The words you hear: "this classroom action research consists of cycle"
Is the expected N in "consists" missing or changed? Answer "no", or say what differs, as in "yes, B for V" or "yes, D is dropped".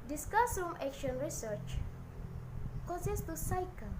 yes, N is dropped